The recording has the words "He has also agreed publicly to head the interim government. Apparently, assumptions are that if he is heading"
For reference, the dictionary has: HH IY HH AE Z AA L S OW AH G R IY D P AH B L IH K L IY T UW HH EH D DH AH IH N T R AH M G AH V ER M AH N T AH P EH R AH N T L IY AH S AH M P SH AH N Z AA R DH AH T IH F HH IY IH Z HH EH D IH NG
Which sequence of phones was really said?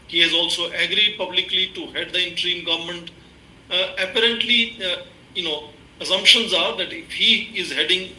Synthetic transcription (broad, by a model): HH IY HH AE Z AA L S OW AH G R IY D P AH B L IH K L IY T UW HH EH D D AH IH N T R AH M G AH V ER M AH N T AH P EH R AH N T L IY AH S AH M P SH AH N Z AA R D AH T IH F HH IY IH Z HH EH D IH NG